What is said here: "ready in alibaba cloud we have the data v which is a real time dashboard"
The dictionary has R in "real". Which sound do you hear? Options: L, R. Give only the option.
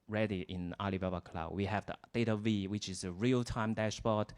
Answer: R